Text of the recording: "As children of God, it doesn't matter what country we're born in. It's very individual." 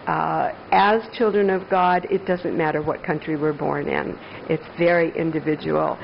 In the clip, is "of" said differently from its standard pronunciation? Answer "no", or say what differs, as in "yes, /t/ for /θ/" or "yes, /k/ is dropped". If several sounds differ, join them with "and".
no